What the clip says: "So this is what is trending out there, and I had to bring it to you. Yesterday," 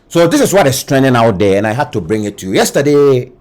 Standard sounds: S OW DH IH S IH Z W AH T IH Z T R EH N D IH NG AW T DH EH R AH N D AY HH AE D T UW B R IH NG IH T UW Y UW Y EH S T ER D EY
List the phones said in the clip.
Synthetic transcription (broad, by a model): S OW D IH S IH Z W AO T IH S T R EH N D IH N AW T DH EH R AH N AY HH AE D T UW B R IH NG IH T UW Y UW Y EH S T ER D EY